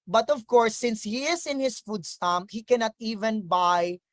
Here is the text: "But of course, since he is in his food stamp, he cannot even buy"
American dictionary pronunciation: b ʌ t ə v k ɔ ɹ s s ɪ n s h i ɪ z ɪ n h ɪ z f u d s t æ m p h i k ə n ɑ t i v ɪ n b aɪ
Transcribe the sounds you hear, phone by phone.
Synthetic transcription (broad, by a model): b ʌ t ə v k ɔ ɹ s s ɪ n s h i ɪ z ɪ n h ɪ s f u d s t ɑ m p h i k ə n ɑ t i v ɪ n b aɪ